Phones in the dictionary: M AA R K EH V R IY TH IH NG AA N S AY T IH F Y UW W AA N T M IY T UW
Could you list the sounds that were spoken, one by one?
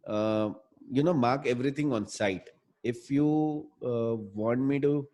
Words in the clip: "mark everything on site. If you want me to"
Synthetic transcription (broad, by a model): M AA R K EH V R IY T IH NG AA N S AY T IH F Y UW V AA N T M IY T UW